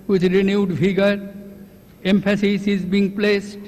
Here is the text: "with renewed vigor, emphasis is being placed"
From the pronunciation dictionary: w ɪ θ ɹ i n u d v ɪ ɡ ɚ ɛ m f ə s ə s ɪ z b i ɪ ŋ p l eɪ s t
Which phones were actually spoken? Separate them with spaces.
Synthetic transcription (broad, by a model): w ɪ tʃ ɹ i n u d f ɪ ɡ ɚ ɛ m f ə s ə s ɪ z b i ŋ p l eɪ s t